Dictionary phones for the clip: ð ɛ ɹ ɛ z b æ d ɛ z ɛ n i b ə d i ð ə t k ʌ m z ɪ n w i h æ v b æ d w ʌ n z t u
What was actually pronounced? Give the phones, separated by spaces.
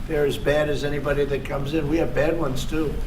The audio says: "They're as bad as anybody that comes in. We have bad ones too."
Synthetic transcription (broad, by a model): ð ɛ ɹ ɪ z b æ d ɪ z ɛ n i b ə d i ð ə t k ʌ m z ɪ n w i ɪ v b æ d w ʌ n z t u